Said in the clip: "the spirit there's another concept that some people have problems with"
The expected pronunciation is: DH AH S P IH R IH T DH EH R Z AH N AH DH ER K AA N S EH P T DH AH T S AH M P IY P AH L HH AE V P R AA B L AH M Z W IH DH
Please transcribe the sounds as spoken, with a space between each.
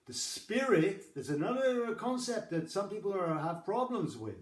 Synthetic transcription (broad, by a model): DH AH S P IH R IH T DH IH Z AH N AH DH ER K AA N S EH P T DH AH T S AH M P IY P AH L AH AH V P R AA B L AH M Z W IH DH